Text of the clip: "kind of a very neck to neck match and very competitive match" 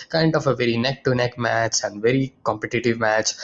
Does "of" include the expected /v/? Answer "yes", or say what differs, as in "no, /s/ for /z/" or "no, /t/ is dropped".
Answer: no, /f/ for /v/